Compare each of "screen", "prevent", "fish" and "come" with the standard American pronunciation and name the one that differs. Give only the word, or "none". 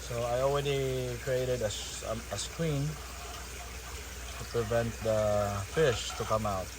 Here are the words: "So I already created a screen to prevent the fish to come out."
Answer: screen